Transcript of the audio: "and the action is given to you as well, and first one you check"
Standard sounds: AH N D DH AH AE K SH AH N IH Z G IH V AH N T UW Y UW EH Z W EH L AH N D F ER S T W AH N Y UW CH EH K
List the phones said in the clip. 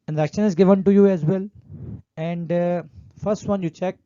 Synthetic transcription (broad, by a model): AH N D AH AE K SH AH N IH Z G IH V AH N T UW Y UW EH Z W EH L AH N D F ER S T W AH N Y UW CH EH K